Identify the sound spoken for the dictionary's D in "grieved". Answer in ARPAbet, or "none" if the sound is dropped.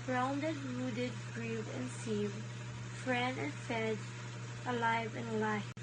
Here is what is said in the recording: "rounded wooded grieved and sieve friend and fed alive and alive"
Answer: none